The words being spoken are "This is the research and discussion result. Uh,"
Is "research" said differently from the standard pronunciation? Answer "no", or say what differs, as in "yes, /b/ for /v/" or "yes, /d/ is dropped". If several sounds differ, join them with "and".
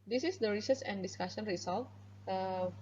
yes, /s/ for /tʃ/